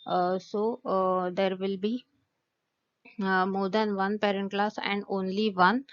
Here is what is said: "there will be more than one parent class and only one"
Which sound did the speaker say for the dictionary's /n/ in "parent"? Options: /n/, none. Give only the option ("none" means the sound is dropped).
/n/